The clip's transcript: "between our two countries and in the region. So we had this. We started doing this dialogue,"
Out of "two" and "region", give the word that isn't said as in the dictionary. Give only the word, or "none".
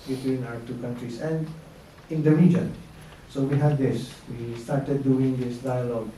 none